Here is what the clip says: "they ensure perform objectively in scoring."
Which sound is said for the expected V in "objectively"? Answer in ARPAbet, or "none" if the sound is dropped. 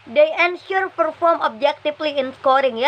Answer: F